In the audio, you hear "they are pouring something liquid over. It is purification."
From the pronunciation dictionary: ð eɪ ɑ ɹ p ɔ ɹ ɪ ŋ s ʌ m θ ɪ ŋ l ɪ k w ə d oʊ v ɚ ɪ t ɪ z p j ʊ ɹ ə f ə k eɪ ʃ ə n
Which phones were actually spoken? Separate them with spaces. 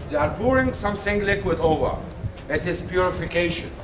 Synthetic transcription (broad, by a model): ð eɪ ɑ ɹ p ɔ ɹ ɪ ŋ s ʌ m s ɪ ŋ l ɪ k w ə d oʊ v ɚ ɪ t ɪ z p j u ɹ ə f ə k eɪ ʃ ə n